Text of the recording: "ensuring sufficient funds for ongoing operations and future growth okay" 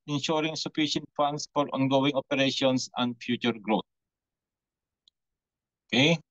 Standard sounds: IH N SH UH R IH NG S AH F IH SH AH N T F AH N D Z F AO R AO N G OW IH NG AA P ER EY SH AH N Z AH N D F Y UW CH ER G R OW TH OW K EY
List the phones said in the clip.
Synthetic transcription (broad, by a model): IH N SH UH R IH NG S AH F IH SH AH N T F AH N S F AO R AO N G OW IH NG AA P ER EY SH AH N S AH N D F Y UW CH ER G R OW T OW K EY